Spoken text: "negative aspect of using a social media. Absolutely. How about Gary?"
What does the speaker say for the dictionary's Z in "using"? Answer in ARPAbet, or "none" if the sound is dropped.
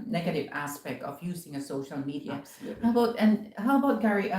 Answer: Z